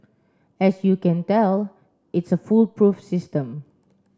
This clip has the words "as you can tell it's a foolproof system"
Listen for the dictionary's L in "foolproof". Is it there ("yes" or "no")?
yes